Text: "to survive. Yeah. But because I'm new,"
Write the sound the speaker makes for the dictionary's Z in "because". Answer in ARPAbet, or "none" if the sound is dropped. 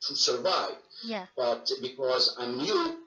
Z